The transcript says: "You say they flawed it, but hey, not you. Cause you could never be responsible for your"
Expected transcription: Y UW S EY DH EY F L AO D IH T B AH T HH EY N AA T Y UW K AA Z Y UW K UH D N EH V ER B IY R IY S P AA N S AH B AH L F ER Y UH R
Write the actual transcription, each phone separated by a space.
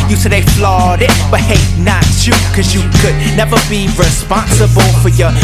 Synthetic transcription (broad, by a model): Y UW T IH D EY F L AO D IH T B AH T HH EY N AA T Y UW K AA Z Y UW K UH D N EH V ER B IY R IY S P AA N S AH B AH L F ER Y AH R